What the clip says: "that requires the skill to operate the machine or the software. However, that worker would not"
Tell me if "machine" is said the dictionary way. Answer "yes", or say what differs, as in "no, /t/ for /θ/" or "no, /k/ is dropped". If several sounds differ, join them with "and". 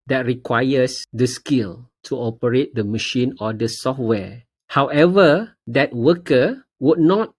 yes